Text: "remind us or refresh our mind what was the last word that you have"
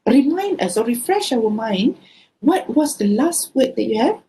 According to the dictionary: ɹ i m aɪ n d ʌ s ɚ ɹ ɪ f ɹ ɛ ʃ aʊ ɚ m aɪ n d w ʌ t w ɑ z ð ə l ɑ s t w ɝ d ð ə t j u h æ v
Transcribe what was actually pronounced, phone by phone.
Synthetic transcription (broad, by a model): ɹ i m aɪ n d ʌ s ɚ ɹ ɪ f ɹ ɛ ʃ aʊ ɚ m aɪ n d w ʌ t w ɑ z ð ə l ɑ s t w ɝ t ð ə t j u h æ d